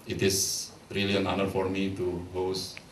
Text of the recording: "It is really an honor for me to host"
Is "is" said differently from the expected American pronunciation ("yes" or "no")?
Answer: yes